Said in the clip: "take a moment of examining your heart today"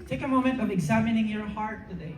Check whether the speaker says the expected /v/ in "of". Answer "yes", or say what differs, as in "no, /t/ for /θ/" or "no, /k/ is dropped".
yes